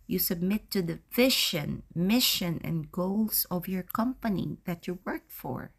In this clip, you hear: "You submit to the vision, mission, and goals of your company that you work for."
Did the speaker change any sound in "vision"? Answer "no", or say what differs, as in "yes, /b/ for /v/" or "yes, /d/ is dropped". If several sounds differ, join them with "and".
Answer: yes, /ʃ/ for /ʒ/